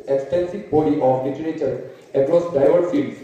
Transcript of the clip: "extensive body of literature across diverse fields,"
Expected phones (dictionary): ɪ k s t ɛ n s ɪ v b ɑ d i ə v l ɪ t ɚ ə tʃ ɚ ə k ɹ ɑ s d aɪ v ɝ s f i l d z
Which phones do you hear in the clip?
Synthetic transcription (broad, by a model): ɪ k s t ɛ n s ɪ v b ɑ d i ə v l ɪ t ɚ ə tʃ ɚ ə k ɹ ɑ s d aɪ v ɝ f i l